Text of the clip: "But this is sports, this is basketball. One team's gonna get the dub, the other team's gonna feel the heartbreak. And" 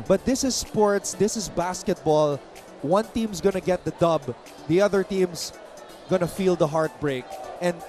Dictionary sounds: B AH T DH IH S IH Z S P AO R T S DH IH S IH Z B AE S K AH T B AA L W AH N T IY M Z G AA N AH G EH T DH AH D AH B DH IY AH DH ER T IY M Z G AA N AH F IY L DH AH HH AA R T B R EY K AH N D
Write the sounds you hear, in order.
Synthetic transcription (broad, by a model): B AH T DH IH S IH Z S P AO R T S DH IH S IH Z B AE S K AH T B AA L W AH N T IY M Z G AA N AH G EH T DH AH D AH B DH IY AH DH ER T IY M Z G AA N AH F IY L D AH HH AA R T B R EY K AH N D